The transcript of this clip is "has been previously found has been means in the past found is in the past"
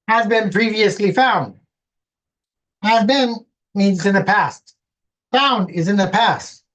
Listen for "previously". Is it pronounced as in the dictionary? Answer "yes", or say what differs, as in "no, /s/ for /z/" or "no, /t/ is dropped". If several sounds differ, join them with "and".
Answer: yes